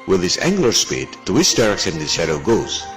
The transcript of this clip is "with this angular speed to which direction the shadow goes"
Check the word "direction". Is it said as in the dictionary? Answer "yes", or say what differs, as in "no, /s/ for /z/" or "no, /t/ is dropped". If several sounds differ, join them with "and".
no, /s/ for /ʃ/